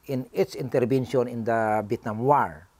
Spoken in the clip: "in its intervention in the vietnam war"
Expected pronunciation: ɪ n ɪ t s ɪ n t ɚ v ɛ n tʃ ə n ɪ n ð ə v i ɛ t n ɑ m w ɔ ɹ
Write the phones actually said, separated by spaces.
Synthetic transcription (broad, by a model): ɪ n ɪ t s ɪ n t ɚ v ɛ n ʃ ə n ɪ n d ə b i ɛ t n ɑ m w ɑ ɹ